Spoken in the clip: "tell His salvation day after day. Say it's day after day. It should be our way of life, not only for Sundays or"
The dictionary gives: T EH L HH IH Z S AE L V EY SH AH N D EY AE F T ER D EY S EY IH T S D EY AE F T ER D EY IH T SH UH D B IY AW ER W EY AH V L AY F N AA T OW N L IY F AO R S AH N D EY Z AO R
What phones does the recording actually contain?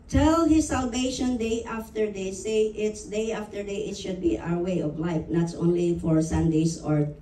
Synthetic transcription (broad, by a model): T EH L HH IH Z S AE L V EY SH AH N D EY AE F T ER D EY S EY IH T S D EY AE F T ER D EY IH T SH UH D B IY AW ER W EY AH V L AY F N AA T OW N L IY F AO R S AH N D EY S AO R